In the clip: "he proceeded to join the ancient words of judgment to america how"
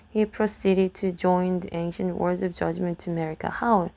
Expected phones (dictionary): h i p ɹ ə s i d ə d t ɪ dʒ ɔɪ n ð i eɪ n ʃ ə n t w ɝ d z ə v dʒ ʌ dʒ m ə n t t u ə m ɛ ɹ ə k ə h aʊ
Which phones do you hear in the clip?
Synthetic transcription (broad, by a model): h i p ɹ ə s i d ə d t ɪ dʒ ɔɪ n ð i eɪ n ʃ ə n t w ɝ d z ə v dʒ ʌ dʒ m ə n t t u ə m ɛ ɹ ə k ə h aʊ